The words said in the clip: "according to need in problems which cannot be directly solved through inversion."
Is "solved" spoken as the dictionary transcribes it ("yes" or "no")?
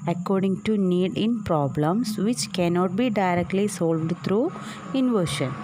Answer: yes